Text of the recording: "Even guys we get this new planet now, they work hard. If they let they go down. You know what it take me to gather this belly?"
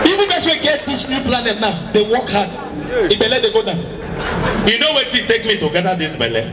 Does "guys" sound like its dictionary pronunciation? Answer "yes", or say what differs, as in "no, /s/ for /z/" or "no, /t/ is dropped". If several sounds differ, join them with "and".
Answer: no, /s/ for /z/